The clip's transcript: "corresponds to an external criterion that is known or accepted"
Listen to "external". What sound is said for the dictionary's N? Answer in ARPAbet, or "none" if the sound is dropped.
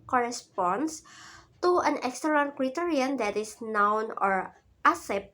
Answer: none